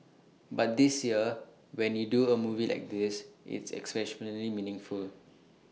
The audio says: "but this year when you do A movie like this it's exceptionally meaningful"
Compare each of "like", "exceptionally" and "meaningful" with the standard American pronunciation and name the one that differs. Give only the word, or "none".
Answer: exceptionally